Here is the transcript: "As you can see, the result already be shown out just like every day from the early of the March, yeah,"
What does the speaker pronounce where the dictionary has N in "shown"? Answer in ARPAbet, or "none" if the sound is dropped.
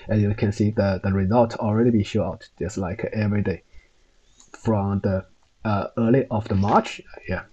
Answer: none